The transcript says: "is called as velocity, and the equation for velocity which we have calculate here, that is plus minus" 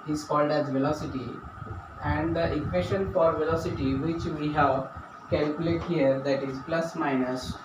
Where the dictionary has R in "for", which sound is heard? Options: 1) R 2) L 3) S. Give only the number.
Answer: 1